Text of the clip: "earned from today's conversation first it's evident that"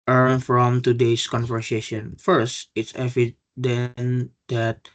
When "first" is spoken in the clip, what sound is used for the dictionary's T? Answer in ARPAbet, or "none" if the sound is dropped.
T